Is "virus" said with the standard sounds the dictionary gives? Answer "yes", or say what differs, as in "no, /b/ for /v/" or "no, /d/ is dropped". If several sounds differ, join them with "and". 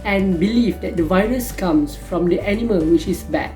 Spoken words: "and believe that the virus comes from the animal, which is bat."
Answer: yes